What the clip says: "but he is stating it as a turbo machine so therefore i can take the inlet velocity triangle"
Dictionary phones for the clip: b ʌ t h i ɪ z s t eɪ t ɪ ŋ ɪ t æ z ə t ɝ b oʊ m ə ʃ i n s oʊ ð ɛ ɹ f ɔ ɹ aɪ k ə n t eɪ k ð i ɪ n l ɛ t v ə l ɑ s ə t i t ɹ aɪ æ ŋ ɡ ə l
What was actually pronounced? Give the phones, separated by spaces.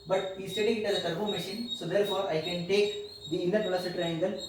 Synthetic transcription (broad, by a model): b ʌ t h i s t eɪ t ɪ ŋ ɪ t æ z ə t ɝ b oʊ m ə ʃ i n s oʊ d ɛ ɹ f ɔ ɹ aɪ k ə n t eɪ k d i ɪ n ʌ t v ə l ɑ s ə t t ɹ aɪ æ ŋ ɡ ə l